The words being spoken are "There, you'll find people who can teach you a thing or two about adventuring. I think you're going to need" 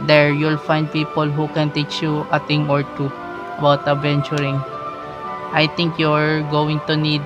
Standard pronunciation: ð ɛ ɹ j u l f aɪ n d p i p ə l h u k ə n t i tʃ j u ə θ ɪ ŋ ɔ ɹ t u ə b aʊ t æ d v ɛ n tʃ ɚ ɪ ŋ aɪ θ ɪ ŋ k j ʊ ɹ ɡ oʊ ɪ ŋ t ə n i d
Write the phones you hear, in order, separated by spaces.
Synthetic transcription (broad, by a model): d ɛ ɹ j u l f aɪ n d p i p ə l h u k ə n t i tʃ j u ə t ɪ ŋ ɔ ɹ t u ə b aʊ t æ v ɛ n tʃ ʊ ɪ ŋ aɪ t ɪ ŋ k j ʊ ɹ ɡ oʊ ɪ ŋ t ə n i d